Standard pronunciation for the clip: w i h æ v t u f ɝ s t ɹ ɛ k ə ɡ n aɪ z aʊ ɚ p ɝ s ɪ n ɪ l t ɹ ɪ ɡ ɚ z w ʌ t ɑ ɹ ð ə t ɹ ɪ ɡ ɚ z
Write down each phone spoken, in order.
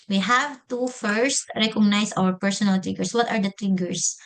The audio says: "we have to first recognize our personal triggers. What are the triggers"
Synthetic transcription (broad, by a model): w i h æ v t u f ɝ s t ɹ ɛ k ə ɡ n aɪ s aʊ ɚ p ɝ s ɪ n ɪ l t ɹ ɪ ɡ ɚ s w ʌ t ɑ ɹ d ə t ɹ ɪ ɡ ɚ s